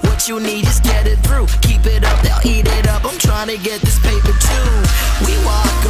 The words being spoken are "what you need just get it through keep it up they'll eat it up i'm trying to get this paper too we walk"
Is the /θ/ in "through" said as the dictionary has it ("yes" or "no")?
yes